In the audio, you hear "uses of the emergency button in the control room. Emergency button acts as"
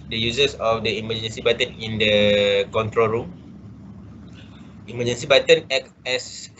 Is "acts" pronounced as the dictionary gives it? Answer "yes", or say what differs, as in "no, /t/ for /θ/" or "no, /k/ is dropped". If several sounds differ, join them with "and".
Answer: no, /s/ is dropped